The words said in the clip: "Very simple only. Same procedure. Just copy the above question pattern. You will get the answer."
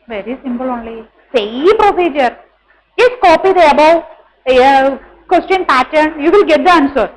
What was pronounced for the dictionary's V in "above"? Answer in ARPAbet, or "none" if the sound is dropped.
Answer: W